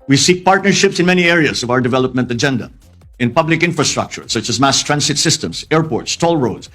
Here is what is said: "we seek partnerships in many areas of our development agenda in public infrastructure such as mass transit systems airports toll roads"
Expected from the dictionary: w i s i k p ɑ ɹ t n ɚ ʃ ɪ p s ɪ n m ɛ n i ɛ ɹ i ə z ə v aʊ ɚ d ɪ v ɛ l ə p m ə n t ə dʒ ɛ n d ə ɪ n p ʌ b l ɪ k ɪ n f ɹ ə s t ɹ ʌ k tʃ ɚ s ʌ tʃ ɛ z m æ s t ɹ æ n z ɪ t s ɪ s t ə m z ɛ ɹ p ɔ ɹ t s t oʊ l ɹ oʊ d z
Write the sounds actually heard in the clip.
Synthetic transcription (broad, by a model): w i s i k p ɑ ɹ t n ɚ ʃ ɪ p s ɪ n m ɛ n i ɛ ɹ i ə z ə v aʊ ɚ d ɪ v ɛ l ə p m ə n t ə dʒ ɛ n d ə ɪ n p ʌ b l ɪ k ɪ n f ɹ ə s t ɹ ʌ k tʃ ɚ s ʌ tʃ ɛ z m æ s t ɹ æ n s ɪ t s ɪ s t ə m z ɛ ɹ p ɔ ɹ t s t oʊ l ɹ oʊ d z